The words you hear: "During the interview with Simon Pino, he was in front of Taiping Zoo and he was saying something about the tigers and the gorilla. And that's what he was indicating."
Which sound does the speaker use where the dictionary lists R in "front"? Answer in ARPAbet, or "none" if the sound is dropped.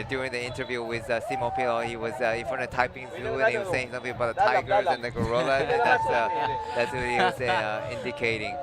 none